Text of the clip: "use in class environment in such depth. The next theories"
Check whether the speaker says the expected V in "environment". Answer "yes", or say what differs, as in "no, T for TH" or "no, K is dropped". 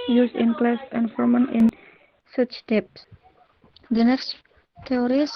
no, F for V